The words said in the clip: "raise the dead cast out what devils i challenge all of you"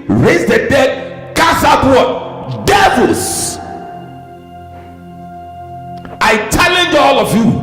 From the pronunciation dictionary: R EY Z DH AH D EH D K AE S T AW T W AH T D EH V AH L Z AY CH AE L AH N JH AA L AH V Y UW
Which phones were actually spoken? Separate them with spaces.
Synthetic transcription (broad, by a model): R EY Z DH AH D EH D K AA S AW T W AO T D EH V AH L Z AY CH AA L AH N JH AA L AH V Y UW